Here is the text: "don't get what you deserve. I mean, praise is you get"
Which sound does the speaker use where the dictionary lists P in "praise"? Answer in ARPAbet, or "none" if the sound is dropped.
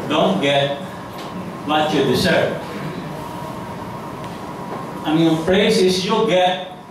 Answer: F